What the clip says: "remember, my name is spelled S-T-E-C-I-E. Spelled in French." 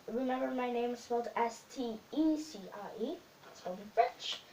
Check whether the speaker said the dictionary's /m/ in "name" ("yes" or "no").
no